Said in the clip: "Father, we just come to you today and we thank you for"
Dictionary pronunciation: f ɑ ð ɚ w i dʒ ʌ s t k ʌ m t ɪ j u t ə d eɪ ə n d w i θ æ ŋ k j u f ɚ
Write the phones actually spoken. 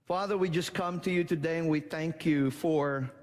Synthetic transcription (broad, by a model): f ɑ ð ɚ w i dʒ ʌ s k ʌ m t ɪ j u t ə d eɪ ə n w i θ æ ŋ k j u f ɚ